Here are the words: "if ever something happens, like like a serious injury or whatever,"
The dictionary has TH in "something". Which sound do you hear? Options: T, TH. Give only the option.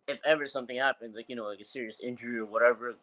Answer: TH